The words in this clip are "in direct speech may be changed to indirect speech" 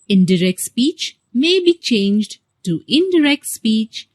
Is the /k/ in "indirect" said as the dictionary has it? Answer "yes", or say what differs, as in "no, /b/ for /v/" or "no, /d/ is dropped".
yes